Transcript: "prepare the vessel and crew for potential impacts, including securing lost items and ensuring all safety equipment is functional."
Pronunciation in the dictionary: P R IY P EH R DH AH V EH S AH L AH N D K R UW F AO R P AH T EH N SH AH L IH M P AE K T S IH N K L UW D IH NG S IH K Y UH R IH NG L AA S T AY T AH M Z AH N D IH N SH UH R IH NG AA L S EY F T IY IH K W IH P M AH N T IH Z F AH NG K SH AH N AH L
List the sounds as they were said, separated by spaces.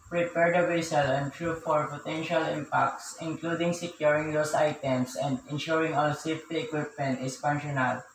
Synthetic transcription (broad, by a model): P R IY P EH R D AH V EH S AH L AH N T R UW F AO R P AH T EH N SH AH L IH M P AE K T S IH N K L UW D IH NG S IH K Y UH R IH NG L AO S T AY T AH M S AH N D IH N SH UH R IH NG AA L S EY F T IY IH K W IH P M AH N T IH S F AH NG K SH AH N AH L